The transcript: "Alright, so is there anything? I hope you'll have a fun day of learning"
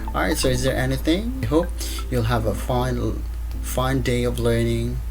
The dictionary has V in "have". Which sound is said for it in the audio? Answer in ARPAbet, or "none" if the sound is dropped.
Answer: F